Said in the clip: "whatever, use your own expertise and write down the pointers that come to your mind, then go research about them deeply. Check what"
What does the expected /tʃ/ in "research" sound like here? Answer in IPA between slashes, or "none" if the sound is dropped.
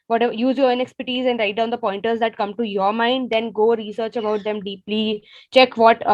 /tʃ/